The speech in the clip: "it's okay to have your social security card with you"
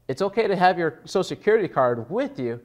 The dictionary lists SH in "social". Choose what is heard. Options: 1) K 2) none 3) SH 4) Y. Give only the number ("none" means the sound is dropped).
2